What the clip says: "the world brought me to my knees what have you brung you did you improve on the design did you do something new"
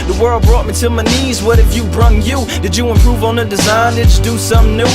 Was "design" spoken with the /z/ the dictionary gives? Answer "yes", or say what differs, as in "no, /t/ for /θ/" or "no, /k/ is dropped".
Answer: yes